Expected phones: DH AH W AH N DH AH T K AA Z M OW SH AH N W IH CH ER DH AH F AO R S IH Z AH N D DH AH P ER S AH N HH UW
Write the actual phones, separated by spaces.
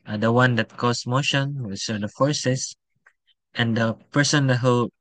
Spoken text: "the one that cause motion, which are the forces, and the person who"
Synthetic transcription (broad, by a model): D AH W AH N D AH T K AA S M OW SH AH N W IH S ER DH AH F AO R S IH S AH N D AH P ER S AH N HH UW